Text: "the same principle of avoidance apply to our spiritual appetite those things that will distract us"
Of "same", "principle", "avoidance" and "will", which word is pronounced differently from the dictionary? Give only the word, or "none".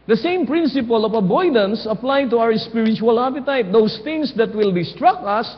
avoidance